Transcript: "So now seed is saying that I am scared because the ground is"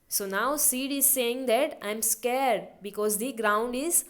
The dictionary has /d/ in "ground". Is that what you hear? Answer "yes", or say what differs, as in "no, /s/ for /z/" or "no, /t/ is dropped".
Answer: yes